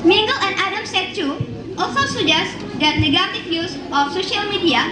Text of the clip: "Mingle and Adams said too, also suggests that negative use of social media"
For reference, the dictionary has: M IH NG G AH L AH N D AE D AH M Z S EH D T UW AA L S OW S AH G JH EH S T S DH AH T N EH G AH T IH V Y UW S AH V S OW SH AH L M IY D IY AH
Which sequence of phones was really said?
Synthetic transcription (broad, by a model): M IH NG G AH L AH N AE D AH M S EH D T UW AA L S OW S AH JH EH S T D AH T N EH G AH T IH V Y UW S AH F S OW SH AH L M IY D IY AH